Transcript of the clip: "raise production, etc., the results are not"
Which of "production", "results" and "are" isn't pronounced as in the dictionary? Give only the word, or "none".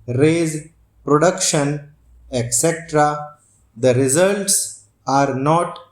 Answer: none